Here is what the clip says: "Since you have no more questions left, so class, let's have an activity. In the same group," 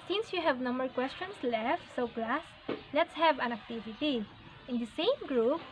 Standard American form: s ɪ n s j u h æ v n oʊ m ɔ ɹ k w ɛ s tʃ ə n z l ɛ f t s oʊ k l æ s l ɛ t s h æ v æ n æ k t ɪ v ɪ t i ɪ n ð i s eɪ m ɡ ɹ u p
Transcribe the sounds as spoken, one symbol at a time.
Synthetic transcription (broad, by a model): s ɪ n s j u h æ v n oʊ m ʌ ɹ k w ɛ s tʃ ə n s l ɛ f t s oʊ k l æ s l ɛ t s h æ v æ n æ k t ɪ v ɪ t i ɪ n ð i s eɪ m ɡ ɹ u p